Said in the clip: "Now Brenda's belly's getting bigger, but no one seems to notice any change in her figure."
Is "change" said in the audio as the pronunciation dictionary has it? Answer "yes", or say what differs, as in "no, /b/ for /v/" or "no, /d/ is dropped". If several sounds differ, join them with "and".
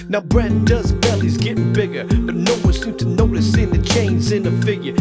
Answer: no, /z/ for /dʒ/